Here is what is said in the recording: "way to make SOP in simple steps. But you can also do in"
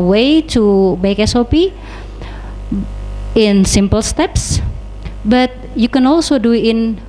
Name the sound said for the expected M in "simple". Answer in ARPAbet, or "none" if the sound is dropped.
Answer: M